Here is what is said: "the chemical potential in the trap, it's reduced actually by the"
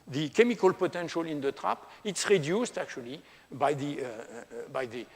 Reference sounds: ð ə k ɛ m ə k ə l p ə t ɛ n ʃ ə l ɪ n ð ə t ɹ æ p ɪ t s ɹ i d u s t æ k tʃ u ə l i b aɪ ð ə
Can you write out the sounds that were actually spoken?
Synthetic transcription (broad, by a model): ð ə k ɛ m ə k ə l p ə t ɛ n ʃ ə l ɪ n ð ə t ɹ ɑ p ɪ t s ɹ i d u s t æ k tʃ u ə l i b aɪ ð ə